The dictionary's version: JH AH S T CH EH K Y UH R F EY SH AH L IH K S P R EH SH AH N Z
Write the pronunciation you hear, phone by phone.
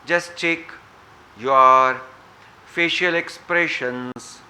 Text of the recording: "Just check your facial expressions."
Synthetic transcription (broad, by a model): JH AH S T CH EH K Y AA R F EY SH AH L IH K S P R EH SH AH N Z